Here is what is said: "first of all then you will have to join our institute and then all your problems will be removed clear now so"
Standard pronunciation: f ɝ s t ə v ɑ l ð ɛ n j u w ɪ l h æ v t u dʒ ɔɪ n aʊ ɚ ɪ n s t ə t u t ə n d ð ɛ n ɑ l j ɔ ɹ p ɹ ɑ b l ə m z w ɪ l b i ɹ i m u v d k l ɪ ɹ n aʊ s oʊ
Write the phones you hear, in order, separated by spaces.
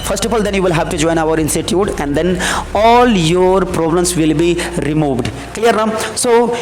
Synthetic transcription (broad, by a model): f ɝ s t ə f ɑ l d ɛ n j u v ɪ l h æ v t u dʒ ɔɪ n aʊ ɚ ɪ n s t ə t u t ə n d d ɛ n ɑ l j ɔ ɹ p ɹ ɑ b l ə m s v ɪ l b i ɹ i m u v d k l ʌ ɹ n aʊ s oʊ